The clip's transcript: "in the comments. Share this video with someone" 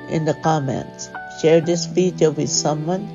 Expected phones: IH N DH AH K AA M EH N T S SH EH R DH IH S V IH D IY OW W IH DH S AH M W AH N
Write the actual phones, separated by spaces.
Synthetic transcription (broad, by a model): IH N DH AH K AA M EH N T S SH EH R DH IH S P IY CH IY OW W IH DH S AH M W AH N